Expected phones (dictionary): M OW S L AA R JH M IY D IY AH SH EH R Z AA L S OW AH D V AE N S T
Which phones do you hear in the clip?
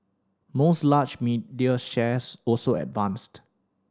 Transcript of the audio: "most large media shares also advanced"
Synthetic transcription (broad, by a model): M OW S L AA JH M IY D IY AH SH EH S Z AA L S OW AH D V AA N S T